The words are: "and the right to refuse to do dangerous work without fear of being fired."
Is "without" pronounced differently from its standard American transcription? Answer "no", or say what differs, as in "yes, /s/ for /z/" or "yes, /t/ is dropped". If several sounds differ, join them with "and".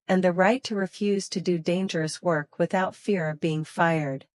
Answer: no